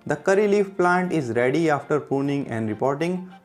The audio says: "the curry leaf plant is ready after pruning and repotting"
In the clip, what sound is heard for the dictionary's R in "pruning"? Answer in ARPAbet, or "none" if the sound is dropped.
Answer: none